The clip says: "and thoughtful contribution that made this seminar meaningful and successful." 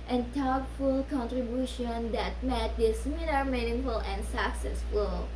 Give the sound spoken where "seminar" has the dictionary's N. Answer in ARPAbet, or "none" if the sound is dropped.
L